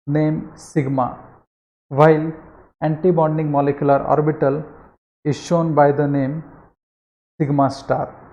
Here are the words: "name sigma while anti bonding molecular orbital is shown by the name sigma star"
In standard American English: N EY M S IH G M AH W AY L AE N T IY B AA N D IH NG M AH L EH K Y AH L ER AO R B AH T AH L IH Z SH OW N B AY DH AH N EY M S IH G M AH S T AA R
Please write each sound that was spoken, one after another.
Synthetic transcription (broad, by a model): N EY M S IH G M AH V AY L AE N T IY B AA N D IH NG M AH L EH K Y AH L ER AO R B AH T AH L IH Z SH OW N B AY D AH N EY M S IH G M AH S T AA R